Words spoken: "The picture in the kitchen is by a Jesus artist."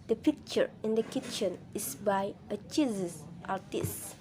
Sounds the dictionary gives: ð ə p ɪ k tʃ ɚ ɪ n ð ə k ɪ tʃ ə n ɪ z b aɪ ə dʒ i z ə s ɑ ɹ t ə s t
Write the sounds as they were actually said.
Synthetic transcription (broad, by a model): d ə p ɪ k tʃ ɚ ɪ n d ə k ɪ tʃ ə n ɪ s b aɪ ə tʃ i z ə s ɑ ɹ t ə s t